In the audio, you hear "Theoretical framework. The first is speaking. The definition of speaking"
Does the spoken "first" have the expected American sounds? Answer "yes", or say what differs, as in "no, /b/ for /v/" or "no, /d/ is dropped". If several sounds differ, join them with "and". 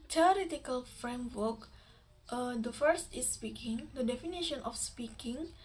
yes